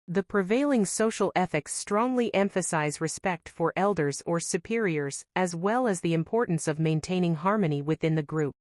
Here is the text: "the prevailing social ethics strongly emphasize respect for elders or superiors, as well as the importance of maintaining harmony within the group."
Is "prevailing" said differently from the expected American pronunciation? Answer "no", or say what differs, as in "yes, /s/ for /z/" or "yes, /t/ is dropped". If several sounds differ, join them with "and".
no